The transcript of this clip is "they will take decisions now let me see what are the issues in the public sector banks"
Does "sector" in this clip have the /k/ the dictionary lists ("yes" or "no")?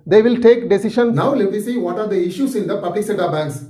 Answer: no